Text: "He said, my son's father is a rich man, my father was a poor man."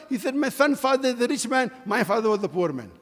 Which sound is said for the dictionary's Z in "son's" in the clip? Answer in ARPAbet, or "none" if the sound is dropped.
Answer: none